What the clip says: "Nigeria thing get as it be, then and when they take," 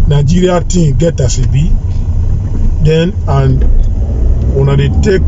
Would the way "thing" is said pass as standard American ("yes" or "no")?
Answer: no